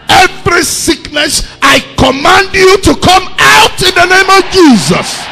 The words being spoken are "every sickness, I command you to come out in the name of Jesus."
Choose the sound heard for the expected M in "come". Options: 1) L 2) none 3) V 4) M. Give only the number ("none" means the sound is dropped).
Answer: 4